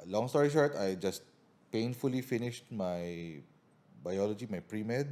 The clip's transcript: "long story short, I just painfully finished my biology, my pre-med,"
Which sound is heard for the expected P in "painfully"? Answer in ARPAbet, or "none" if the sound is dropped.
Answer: P